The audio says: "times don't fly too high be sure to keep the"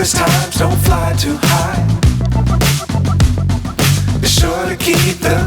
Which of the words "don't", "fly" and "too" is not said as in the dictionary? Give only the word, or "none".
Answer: none